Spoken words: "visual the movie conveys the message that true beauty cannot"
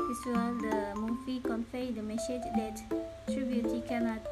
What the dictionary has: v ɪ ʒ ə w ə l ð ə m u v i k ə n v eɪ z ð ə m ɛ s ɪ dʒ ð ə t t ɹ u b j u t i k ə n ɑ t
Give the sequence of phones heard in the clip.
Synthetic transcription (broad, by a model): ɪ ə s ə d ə m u f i k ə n f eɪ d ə m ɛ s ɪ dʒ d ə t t ɹ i b j u t i k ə n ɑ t